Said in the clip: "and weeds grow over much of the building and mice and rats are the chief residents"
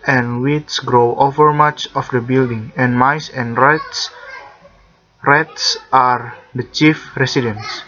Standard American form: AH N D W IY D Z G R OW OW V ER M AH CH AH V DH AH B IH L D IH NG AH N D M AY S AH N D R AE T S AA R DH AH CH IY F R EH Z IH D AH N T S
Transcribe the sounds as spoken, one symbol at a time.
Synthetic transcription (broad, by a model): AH N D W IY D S G R OW OW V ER M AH CH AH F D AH B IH L D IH NG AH N M AY S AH N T R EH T S AA R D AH CH IY F R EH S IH D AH N S